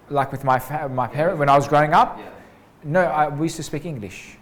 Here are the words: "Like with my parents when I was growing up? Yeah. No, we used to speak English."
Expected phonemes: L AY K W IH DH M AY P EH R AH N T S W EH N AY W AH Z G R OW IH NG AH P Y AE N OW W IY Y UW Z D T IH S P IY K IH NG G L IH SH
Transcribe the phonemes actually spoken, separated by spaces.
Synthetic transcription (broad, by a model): L AY K W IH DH M AY P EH R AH N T W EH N AY W AH Z G R OW IH NG AH P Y N OW W IY Y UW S T IH S P IY K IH NG G L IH SH